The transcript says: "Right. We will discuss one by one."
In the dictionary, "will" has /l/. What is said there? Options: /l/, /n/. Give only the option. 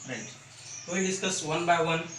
/n/